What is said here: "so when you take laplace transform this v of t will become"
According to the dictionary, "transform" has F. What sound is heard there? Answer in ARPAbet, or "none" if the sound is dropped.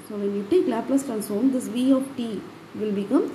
none